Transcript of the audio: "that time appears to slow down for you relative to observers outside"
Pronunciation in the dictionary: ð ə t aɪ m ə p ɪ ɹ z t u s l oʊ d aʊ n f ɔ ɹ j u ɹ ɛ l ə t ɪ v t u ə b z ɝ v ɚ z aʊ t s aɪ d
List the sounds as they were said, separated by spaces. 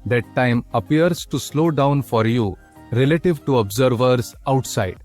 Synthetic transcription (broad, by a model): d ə t aɪ m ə p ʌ ɹ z t u s l oʊ d aʊ n f ɔ ɹ j u ɹ ɛ l ə t ɪ v t u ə b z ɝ v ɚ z aʊ t s aɪ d